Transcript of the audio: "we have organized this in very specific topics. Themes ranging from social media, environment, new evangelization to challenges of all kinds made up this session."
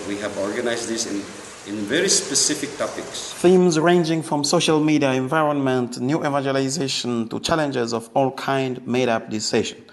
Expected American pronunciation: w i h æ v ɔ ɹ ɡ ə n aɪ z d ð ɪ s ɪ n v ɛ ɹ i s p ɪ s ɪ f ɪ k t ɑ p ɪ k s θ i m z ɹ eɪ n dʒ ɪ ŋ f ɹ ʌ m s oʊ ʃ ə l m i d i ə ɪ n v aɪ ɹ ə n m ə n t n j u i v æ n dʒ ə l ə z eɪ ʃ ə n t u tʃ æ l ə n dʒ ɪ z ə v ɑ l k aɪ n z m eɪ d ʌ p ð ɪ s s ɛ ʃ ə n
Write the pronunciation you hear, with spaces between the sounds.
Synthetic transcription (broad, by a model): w i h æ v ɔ ɹ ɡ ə n aɪ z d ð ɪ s ɪ n v ɛ ɹ i s p ɪ s ɪ f ɪ k t ɑ p ɪ k s θ i m z ɹ eɪ n dʒ ɪ ŋ f ɹ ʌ m s oʊ ʃ ə l m i d i ə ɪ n v aɪ ɹ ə n m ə n t n j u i v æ n dʒ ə l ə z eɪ ʃ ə n t u tʃ æ l ə n dʒ ɪ z ə v ɑ l k aɪ n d m eɪ d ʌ p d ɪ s s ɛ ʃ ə n